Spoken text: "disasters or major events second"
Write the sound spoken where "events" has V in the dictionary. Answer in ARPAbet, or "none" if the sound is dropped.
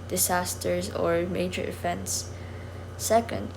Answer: F